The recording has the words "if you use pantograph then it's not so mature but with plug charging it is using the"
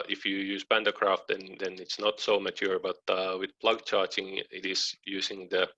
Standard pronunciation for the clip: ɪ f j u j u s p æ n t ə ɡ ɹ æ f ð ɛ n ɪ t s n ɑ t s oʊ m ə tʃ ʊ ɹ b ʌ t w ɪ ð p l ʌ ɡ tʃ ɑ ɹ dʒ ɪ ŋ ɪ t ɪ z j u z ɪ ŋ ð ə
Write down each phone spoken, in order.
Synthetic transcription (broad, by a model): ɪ f j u j u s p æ n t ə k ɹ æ f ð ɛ n ɪ t s n ɑ t s oʊ m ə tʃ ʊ ɹ b ʌ t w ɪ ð p l ʌ ɡ tʃ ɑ ɹ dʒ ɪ ŋ ɪ t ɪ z j u s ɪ ŋ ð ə